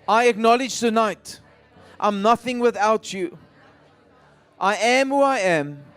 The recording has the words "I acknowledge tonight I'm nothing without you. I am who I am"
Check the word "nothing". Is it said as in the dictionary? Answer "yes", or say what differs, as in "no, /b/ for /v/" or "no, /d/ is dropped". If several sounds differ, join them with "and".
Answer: yes